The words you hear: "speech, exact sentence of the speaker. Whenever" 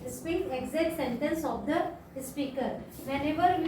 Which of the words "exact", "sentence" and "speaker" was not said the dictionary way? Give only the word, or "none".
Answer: exact